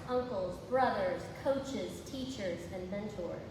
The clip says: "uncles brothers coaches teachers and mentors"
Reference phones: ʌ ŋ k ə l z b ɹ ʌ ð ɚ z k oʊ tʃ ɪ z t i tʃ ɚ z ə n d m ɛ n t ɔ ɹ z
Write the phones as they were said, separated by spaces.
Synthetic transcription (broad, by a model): ʌ ŋ k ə l z b ɹ ʌ ð ɚ z k oʊ tʃ ɪ z t i tʃ ɚ z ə n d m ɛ n t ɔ ɹ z